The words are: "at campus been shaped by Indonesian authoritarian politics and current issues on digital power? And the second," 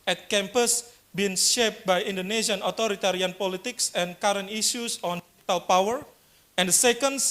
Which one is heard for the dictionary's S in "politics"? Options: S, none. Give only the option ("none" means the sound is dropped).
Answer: S